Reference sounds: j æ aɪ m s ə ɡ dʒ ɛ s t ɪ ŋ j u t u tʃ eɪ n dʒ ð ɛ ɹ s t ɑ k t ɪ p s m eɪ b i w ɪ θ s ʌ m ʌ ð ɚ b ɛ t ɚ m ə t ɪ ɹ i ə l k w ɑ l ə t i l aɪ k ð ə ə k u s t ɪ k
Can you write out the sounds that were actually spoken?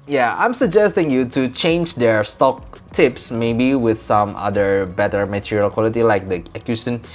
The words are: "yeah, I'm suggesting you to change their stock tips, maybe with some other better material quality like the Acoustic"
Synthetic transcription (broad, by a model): j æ aɪ m s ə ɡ dʒ ɛ s t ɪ ŋ j u t u tʃ eɪ n dʒ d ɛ ɹ s t ɑ k t ɪ p s m eɪ b i w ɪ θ s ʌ m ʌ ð ɚ b ɛ t ɚ m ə t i ɹ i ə l k w ɑ l ə t i l aɪ k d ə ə k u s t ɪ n